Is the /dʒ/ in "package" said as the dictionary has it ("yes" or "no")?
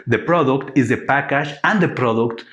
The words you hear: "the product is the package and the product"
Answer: no